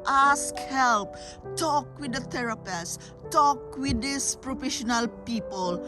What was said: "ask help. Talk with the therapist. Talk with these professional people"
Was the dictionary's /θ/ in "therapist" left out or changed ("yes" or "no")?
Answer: yes